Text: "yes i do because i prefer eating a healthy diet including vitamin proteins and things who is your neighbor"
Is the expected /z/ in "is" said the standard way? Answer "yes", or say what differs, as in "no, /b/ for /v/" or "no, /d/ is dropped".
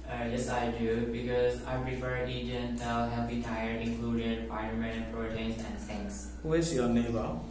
no, /s/ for /z/